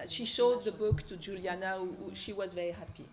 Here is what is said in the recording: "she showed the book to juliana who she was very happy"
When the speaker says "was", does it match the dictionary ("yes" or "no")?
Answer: yes